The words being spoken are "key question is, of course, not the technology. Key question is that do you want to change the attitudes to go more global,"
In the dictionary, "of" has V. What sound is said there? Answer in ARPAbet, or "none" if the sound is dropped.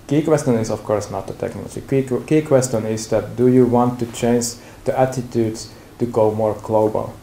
F